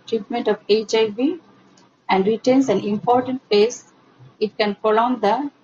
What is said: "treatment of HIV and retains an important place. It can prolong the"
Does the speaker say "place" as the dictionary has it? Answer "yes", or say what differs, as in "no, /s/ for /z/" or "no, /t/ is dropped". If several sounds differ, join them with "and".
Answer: no, /l/ is dropped